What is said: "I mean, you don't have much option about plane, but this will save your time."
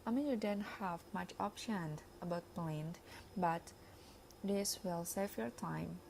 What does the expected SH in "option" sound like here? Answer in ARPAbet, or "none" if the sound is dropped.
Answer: SH